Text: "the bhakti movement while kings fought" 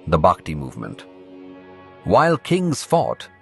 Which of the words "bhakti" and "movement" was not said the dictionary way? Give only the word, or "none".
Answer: none